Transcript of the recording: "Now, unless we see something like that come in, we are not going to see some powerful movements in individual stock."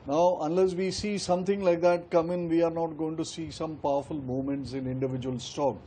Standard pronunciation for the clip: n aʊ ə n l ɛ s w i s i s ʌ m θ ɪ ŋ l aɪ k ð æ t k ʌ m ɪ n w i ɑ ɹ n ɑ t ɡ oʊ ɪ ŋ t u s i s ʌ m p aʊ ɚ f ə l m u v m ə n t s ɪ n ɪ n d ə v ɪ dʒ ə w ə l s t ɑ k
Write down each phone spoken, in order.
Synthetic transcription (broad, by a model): n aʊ ə n l ɛ s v i s i s ʌ m t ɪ ŋ l aɪ k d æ t k ʌ m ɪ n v i ɑ ɹ n ɑ t ɡ oʊ ɪ ŋ t u s i s ʌ m p aʊ ɚ f ə l m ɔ m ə n t s ɪ n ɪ n d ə v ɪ dʒ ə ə l s t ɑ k